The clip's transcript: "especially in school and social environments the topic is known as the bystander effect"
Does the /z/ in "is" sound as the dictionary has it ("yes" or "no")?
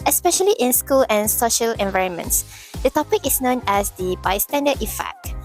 no